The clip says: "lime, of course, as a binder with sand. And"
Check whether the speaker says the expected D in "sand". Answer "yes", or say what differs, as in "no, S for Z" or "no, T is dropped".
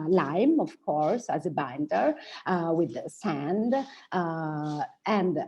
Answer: yes